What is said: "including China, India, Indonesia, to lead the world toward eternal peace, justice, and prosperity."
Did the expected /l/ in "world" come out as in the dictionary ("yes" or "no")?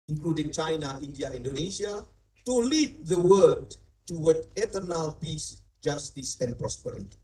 no